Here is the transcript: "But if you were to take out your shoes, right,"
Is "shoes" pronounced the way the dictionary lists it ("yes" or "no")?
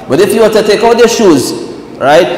yes